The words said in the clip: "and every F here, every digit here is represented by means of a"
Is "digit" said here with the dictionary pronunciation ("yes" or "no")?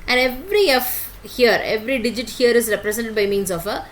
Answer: yes